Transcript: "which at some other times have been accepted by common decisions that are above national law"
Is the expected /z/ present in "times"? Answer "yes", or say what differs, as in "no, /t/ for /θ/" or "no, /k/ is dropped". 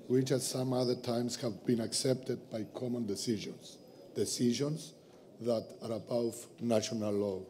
no, /s/ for /z/